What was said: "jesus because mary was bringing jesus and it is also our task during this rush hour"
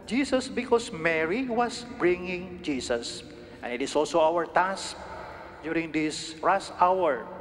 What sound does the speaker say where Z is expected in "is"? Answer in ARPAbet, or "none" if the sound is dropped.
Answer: S